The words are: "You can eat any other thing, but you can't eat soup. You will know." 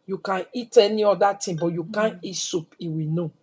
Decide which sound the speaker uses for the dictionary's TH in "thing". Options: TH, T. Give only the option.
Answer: T